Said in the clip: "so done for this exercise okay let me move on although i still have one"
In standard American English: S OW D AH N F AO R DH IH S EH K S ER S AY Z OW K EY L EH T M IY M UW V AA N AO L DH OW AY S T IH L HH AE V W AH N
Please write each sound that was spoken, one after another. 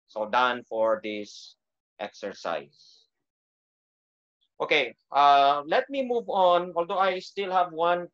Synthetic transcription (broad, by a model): S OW D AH N F AO R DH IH S EH K S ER S AY S OW K EY L EH T M IY M UW V AA N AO L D OW AY S T IH L HH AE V W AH N